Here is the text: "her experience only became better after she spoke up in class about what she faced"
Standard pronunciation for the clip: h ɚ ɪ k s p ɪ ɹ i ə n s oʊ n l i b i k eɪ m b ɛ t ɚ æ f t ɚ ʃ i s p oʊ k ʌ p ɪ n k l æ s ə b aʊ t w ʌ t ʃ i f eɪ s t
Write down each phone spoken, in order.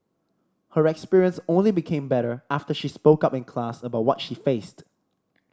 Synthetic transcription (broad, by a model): h ɚ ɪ k s p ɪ ɹ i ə n s oʊ n l i b i k eɪ m b ɛ t ɚ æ f t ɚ ʃ i s p oʊ k ʌ p ɪ n k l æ s ə b aʊ t w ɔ t ʃ i f eɪ s t